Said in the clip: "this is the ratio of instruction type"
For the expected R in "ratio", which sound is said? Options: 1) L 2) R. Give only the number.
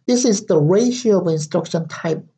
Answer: 2